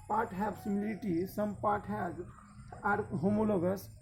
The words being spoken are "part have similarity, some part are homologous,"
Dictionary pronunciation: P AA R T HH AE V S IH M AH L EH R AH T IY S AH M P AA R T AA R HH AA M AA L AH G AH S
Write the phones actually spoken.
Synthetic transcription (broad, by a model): P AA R T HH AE B S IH M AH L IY L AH T IY S AH M P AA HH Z AA R HH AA M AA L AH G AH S